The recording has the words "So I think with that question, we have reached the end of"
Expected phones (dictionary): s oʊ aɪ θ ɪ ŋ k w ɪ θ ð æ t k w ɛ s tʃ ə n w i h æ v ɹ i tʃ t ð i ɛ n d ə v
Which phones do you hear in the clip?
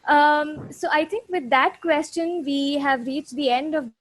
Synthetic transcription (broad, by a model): s oʊ aɪ t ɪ ŋ k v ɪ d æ t k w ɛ s tʃ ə n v i h æ v ɹ i tʃ t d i ɛ n d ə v